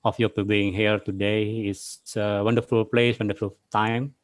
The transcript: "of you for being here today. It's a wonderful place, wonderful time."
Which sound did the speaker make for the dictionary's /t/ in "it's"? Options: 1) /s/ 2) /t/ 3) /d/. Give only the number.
1